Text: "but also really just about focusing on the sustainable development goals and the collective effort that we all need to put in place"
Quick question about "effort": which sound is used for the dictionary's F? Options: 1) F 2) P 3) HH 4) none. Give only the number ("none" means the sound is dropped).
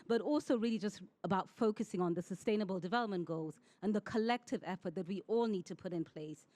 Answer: 1